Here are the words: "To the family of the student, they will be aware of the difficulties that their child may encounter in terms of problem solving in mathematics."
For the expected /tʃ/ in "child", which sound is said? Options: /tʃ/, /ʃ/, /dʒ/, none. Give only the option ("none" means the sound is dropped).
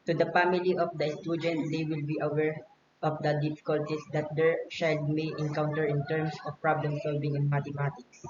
/ʃ/